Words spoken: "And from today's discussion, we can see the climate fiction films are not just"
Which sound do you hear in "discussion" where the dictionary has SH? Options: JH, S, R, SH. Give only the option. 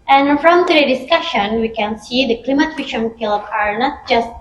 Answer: SH